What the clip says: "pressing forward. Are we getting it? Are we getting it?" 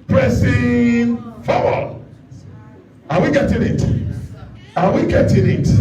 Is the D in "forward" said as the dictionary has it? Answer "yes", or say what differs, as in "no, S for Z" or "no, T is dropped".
no, D is dropped